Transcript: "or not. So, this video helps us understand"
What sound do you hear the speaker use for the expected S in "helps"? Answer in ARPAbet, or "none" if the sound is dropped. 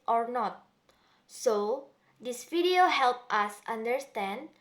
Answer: none